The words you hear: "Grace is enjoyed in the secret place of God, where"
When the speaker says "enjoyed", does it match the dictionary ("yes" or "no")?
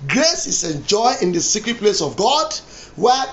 no